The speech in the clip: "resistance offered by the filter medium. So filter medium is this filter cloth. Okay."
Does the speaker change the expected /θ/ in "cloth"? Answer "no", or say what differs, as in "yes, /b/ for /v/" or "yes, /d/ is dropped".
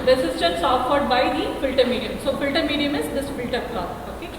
yes, /t/ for /θ/